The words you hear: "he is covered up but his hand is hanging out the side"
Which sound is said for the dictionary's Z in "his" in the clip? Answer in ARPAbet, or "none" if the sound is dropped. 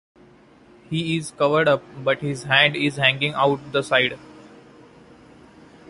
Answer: Z